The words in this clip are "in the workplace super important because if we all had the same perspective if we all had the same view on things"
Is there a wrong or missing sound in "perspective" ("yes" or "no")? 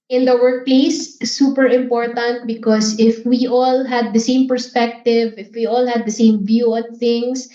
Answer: no